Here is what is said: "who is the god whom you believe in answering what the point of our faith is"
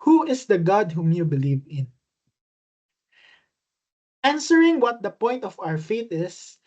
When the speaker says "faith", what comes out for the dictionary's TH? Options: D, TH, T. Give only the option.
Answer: T